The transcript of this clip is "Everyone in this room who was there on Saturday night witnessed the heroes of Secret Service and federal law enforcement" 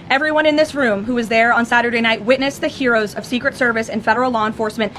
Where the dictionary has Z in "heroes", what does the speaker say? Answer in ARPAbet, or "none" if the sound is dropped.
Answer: Z